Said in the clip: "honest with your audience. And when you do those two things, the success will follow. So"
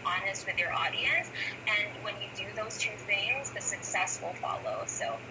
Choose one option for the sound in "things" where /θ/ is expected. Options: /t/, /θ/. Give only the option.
/θ/